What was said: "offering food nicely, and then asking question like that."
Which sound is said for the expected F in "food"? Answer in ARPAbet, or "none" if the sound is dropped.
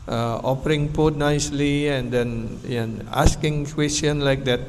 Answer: P